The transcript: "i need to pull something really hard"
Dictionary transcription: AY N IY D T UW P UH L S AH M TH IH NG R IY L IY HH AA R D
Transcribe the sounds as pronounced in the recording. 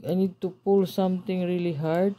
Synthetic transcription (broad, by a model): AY N IY D T UW P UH L S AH M T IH NG R IY L IY HH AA R D